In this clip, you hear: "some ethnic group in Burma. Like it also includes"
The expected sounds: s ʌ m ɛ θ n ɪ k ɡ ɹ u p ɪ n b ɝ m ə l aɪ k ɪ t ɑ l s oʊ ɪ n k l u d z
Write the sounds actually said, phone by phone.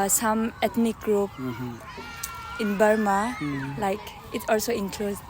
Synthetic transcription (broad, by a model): s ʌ m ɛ t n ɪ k ɡ ɹ u p ɪ n b ɝ m ə l aɪ k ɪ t ɑ l s oʊ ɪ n k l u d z